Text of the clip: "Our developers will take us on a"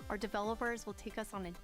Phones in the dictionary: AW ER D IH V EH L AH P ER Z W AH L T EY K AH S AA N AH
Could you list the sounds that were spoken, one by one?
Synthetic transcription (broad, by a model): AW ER D IH V EH L AH P ER Z W AH L T EY K AH S N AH